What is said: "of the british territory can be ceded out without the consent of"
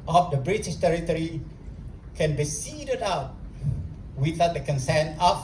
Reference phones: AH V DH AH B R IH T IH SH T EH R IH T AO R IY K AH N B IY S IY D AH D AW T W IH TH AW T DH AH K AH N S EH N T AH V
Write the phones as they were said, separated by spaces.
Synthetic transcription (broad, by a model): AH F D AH B R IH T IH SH T EH R IH T AO R IY K AH N B IY S IY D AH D AW T W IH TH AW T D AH K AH N S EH N AH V